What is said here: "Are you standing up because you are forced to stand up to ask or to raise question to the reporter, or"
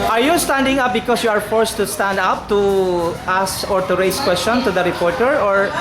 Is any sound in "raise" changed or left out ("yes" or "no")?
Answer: yes